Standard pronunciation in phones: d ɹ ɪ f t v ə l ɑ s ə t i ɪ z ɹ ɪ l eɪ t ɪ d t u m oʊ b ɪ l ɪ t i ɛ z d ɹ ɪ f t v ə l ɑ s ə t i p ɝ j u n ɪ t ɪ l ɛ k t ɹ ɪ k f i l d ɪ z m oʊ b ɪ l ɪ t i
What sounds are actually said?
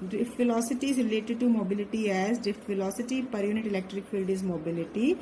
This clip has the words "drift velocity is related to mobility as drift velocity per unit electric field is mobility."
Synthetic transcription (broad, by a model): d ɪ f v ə l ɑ s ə t i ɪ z ɹ ɪ l eɪ t ɪ d t u m oʊ b ɪ l ɪ t i ɛ z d ɪ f v ə l ɑ s ə t i p ɝ j u n ɪ t ɪ l ɛ k t ɹ ɪ k f i l d ɪ z m oʊ b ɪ l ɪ t i